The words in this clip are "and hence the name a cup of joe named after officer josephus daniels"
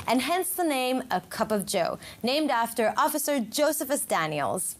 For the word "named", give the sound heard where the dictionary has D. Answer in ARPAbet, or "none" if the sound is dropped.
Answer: D